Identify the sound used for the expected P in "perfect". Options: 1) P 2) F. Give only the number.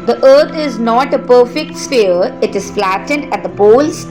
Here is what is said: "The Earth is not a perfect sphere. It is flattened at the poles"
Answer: 1